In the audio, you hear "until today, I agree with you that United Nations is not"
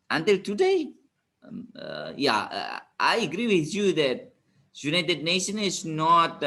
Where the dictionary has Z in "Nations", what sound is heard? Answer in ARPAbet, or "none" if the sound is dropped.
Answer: none